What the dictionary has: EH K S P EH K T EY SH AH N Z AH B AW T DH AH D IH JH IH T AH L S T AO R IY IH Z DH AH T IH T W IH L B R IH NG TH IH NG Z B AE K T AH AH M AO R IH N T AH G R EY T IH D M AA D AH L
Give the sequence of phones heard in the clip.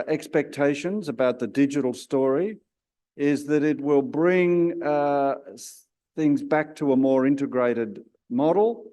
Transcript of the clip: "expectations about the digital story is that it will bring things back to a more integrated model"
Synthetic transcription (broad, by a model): EH K S P EH K T EY SH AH N Z AH B AW T DH AH D IH JH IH T L S T AO R IY IH Z DH AH T IH T W IH L B R IH NG TH IH NG Z B AE K T AH AH M AO R IH N T AH G R EY T IH D M AA D L